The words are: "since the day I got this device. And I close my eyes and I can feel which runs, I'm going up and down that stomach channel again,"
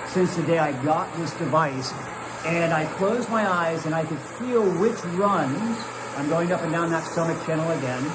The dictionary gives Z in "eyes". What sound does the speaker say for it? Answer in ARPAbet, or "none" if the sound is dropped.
Z